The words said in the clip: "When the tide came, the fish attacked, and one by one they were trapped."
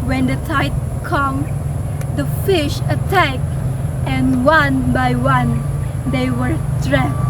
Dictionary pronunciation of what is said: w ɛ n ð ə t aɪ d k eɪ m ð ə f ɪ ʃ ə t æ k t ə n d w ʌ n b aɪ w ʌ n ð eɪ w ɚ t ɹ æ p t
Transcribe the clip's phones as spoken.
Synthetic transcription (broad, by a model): w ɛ n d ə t aɪ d k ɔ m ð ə f ɪ ʃ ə t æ k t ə n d w ʌ n b aɪ w ʌ n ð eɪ w ɚ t ɹ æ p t